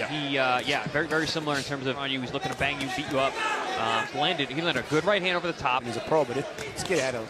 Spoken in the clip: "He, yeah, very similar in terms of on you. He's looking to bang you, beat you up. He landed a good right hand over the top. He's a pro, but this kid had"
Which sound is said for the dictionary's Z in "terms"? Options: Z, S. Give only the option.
Z